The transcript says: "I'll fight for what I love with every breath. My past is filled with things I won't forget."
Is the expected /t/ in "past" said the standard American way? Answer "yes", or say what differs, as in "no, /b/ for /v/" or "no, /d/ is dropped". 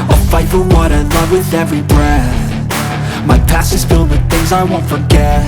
no, /t/ is dropped